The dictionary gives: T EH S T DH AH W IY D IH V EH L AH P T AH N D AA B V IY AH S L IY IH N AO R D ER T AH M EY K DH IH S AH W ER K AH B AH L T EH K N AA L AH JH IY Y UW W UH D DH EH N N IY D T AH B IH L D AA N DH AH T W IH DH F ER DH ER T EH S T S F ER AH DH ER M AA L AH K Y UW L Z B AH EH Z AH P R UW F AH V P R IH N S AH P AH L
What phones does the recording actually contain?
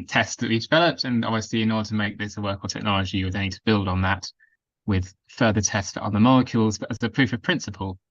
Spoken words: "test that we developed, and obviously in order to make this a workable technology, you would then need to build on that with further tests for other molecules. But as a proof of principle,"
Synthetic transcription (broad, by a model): T EH S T DH AH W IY D IH V EH L AH P T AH N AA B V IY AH S L IY IH N AO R D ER T AH M EY K DH IH S AH W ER K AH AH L T EH K N AA L AH JH IY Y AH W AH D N N IY D T AH B IH L D N DH AH T W IH DH F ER DH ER T EH S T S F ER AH DH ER M AA L AH K Y UW L Z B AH Z AH P R UW F AH V P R IH N S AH P AH L